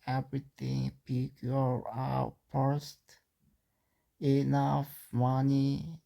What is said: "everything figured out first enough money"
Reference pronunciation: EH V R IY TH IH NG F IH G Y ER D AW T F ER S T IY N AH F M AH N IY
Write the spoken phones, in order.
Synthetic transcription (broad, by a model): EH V R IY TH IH NG P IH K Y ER AW T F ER S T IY N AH F M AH N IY